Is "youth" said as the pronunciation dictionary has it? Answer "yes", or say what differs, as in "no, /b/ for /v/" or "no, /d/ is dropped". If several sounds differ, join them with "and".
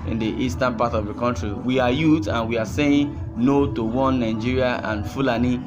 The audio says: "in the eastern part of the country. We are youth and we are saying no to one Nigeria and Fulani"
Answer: no, /t/ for /θ/